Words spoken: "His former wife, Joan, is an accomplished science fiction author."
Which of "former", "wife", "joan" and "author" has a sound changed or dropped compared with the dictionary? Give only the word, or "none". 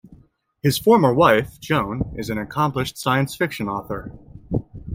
none